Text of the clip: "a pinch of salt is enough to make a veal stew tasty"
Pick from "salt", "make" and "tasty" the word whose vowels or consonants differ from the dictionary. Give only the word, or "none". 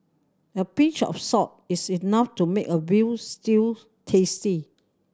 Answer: salt